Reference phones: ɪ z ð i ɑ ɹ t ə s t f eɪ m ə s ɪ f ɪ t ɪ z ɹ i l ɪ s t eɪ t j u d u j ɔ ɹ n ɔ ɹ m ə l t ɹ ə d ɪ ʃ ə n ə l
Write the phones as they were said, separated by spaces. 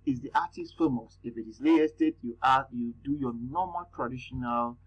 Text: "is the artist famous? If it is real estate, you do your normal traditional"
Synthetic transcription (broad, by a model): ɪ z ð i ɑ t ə s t f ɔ m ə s ɪ f ɪ t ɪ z l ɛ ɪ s t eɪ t j u d u j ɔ n ɔ m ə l t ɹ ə d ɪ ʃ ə n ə l